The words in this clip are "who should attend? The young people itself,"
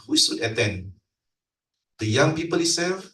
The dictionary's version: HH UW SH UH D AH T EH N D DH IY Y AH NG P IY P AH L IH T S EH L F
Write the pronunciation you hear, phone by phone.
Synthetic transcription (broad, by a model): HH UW S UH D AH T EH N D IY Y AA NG P IY P AH L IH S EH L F